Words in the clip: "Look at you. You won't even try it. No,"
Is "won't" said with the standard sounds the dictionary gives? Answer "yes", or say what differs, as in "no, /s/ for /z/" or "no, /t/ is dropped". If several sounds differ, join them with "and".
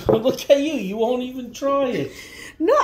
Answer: yes